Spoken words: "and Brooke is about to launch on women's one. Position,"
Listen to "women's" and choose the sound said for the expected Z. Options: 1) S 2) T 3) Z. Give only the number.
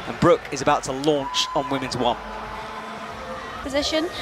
3